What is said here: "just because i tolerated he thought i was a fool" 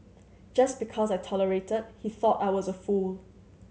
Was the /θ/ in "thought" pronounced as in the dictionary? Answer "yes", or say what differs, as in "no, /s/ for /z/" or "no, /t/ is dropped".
yes